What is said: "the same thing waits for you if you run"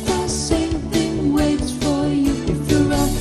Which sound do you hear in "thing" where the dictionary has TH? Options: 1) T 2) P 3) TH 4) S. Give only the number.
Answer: 3